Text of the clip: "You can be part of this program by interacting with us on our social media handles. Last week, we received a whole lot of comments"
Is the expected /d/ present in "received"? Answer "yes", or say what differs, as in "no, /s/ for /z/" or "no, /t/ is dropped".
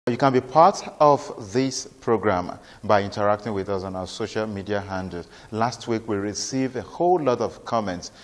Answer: no, /d/ is dropped